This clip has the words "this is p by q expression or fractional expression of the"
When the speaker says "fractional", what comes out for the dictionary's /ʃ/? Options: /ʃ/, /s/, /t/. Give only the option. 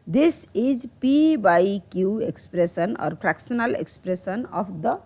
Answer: /s/